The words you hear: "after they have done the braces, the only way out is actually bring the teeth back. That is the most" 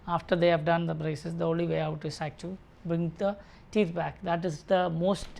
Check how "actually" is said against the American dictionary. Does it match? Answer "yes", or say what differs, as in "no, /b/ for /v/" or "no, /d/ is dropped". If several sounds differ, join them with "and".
no, /l/ is dropped